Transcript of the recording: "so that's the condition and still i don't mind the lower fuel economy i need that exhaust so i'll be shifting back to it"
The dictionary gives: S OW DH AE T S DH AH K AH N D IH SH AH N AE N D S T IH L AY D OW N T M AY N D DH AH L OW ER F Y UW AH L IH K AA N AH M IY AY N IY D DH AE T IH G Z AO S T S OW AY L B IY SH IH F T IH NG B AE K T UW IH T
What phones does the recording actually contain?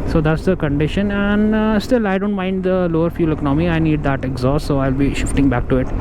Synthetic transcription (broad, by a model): S OW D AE T S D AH K AH N D IH SH AH N AE N D S T IH L AY D OW N T M AY N D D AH L OW ER F Y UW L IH K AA N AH M IY AY N IY D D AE T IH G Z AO S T S OW AY L B IY SH IH F T IH NG B AE K T UW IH T